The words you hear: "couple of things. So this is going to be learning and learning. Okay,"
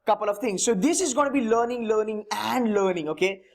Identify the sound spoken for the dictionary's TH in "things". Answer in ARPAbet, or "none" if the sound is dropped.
T